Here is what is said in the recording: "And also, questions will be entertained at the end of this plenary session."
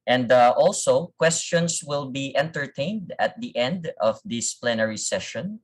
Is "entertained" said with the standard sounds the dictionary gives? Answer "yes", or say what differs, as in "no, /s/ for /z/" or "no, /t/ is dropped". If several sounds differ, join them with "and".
yes